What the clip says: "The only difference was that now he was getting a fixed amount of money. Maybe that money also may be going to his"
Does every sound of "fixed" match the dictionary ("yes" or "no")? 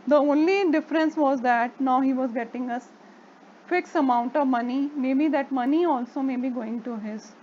no